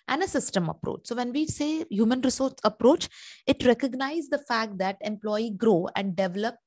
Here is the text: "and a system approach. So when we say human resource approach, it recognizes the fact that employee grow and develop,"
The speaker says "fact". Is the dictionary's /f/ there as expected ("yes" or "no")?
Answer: yes